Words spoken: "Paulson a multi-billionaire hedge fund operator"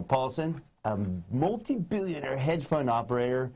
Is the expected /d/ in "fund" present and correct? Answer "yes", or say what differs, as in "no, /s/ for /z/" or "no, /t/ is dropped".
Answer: no, /d/ is dropped